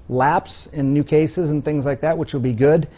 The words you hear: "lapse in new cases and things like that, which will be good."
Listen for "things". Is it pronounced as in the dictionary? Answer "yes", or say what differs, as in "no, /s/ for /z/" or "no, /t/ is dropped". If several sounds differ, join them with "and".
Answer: yes